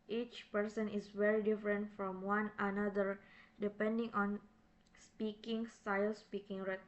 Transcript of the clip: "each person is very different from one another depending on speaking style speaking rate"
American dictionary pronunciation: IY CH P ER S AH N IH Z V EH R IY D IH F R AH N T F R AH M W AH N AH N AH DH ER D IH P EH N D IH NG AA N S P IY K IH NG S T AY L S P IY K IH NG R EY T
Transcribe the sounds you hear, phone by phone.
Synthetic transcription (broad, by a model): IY CH P ER S AH N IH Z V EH R IY D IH F R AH N T F R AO M W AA N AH N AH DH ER D IH P EH N D IH NG AA N S P IY K IH NG S T AY L S P IY K IH NG R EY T